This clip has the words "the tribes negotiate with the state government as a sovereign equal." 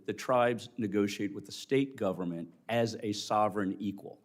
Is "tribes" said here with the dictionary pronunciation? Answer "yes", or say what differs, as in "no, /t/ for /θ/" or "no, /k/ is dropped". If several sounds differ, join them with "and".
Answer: yes